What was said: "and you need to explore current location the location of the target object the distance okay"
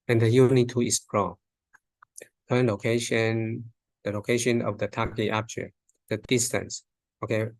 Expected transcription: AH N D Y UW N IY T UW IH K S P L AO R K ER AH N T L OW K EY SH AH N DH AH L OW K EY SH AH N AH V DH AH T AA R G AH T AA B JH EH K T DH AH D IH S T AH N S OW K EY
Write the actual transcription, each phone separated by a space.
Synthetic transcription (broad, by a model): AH N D Y UW N IY T UW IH S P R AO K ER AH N L OW K EY SH AH N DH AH L OW K EY SH AH N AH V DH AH T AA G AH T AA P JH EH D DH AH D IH S T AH N S OW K EY